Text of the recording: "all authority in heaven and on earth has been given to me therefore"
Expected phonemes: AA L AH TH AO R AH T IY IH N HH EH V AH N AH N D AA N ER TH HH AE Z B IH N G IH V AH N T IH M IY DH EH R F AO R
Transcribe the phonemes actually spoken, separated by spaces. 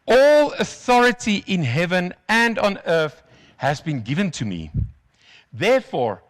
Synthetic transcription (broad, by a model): AA L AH TH AO R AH T IY IH N HH EH V AH N AH N D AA N ER TH HH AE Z B IH N G IH V AH N T IH M IY DH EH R F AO R